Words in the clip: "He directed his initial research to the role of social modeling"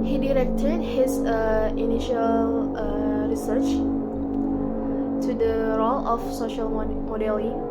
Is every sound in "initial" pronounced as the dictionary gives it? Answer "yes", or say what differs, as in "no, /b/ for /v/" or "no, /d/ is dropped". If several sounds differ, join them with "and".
yes